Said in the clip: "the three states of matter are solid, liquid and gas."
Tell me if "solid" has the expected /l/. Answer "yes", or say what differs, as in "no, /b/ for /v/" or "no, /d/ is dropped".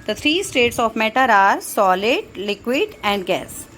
yes